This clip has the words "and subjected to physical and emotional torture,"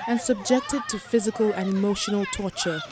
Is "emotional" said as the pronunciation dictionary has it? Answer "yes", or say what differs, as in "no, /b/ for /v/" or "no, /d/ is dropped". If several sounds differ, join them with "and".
yes